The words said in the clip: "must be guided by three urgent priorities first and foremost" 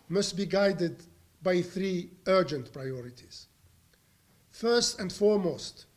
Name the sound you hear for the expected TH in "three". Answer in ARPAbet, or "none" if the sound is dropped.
TH